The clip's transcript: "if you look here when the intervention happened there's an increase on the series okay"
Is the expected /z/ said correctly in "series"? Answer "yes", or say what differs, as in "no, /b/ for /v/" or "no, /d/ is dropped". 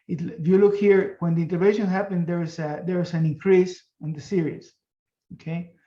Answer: no, /s/ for /z/